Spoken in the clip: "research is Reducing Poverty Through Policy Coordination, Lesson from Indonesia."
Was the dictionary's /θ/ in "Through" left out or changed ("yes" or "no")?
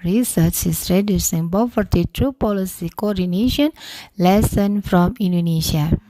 yes